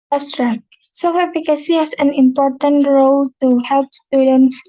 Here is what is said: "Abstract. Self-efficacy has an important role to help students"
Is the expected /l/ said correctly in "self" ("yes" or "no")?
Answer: no